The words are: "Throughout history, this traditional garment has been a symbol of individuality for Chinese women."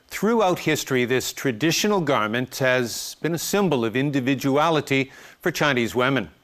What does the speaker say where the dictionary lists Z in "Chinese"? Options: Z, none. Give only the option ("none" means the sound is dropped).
Z